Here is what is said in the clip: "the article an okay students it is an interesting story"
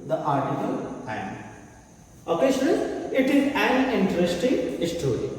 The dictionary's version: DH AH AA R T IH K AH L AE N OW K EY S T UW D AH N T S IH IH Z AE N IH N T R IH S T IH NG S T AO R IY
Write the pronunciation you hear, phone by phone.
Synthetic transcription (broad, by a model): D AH AA R T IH K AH L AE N OW K EY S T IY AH T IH IH Z AE N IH N T R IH S T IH NG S T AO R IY